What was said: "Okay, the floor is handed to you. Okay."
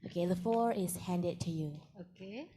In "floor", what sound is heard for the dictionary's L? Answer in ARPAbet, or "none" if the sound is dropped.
none